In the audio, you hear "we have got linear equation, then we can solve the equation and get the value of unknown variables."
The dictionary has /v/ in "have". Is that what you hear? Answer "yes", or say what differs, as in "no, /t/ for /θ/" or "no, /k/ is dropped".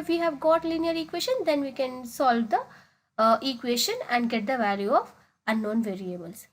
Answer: yes